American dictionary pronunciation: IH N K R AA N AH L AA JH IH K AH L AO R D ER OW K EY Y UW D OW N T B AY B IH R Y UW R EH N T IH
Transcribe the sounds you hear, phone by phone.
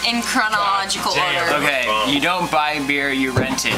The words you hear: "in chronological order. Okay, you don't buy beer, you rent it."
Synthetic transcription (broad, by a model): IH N K R AA N AH L AA JH IH K AH L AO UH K EY Y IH D OW N T B AY B IH R Y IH R EH N T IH